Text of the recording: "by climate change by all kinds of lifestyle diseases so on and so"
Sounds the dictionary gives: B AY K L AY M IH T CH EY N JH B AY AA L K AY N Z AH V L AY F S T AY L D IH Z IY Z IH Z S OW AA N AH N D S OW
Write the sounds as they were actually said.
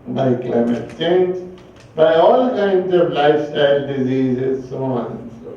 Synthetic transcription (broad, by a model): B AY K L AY M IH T CH EY N JH B AY AA L K AY N Z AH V L AY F S T AY L D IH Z IY Z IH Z S OW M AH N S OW